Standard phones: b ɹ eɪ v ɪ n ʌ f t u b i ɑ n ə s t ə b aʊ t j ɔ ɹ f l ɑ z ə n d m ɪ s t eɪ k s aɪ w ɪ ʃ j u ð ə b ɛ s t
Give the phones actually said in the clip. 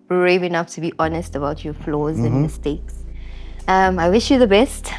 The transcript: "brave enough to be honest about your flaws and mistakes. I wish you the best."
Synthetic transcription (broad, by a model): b ɹ eɪ v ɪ n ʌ f t u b i ɑ n ə s t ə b aʊ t j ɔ f l ɑ z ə n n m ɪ s t eɪ k s aɪ w ɪ ʃ j u ð ə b ɛ s t